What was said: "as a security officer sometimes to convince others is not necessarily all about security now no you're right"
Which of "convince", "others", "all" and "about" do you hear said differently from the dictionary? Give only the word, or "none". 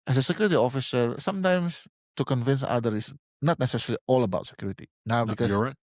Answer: others